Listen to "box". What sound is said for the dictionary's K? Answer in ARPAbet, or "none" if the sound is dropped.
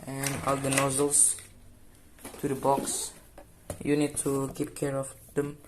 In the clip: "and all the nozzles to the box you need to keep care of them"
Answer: K